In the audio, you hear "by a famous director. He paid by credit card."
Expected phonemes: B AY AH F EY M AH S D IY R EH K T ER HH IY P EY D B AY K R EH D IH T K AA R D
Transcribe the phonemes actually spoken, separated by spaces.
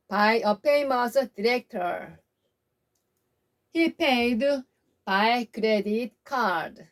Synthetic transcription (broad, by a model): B AY AH P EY M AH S D IY R EH K T ER HH IY P EY D B AY K R EH D IH T K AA R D